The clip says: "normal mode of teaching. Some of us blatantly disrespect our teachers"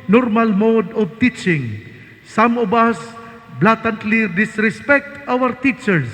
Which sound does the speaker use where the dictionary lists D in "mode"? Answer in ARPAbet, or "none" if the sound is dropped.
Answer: D